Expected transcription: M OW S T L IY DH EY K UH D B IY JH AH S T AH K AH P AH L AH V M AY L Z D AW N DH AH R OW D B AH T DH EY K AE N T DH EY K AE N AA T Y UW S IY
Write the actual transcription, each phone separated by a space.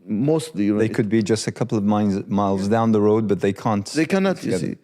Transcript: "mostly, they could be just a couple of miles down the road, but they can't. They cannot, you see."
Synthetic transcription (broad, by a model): M OW S T L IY DH EY K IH D B IY JH AH S T AH K AH P L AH V M AY L Z D AW N DH AH R OW D B AH T DH EY K AE N T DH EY K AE N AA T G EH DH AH